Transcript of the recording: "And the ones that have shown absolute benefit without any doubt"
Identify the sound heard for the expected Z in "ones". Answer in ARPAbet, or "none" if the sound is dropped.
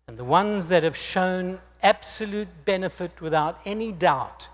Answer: Z